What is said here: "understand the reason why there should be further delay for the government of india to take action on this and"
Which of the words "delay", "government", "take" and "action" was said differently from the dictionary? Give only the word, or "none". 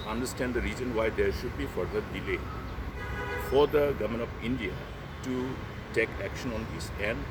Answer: government